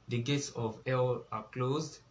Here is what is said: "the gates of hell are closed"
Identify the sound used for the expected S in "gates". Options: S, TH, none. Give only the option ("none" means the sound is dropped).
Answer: S